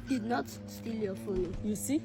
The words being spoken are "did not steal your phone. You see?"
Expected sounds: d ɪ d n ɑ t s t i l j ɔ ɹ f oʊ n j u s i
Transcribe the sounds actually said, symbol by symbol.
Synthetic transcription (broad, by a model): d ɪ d n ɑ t s t i l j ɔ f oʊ l j u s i